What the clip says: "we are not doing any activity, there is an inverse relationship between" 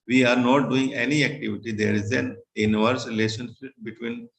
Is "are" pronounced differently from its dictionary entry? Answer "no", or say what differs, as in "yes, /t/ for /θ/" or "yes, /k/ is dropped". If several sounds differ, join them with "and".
no